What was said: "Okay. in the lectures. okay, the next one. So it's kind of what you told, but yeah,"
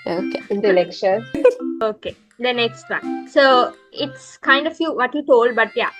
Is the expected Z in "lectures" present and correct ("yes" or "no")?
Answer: no